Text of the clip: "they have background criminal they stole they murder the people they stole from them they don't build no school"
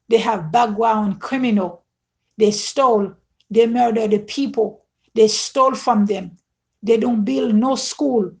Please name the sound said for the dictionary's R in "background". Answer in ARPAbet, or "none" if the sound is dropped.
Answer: W